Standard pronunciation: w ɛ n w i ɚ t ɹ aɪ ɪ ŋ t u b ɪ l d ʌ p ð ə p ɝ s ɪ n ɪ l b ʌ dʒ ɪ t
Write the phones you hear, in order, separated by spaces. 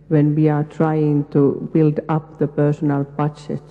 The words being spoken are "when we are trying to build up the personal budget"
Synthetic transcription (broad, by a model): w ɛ n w i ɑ t ɹ aɪ ɪ ŋ t u b ɪ l d ʌ p ð ə p ɝ s ɪ n ɪ l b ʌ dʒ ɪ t